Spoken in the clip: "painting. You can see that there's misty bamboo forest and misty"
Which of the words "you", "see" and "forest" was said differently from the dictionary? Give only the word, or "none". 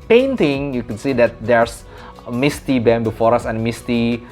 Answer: forest